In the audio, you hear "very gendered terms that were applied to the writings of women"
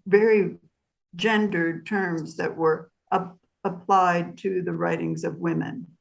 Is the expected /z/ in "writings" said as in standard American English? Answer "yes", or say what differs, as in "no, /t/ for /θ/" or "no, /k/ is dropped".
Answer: yes